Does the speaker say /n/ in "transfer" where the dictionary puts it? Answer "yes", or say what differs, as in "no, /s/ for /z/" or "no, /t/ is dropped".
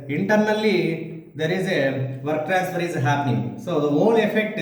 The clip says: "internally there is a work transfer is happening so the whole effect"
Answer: no, /n/ is dropped